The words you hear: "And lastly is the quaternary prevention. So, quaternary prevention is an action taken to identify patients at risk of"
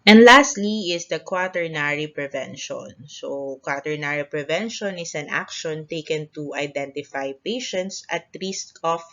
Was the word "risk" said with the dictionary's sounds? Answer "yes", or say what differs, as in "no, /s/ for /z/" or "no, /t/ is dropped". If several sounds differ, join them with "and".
no, /l/ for /ɹ/